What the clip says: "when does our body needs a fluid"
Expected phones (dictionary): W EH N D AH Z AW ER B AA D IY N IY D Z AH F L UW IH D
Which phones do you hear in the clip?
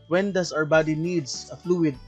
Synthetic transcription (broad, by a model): W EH N D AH S AW ER B AA D IY N IY D S AH F L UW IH D